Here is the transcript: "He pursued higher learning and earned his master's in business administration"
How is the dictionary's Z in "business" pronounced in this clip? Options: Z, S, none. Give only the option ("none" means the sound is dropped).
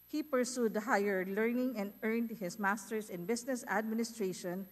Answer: S